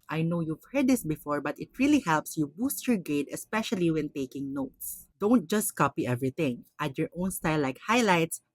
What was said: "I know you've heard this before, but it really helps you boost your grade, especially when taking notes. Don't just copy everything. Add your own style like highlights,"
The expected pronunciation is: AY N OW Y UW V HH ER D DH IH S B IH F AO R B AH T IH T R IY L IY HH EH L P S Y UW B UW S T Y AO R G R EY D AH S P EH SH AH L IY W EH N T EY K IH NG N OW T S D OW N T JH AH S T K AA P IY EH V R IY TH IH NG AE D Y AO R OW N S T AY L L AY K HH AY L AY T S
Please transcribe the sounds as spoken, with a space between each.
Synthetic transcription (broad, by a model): AY N OW Y UW V HH ER D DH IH S B IH F AO R B AH T IH T R IY L IY HH EH L P S Y UW B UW S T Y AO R G EY D AH S P EH SH AH L IY W EH N T EY K IH NG N OW T S D OW N T JH AH S T K AA P IY EH V R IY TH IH NG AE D Y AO R OW N S T AY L L AY K HH AY L AY T S